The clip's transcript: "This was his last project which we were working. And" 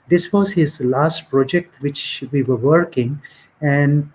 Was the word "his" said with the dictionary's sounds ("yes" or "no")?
yes